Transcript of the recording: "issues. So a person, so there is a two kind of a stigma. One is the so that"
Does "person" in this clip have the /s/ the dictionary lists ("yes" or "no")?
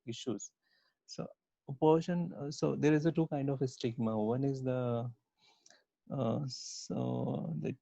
no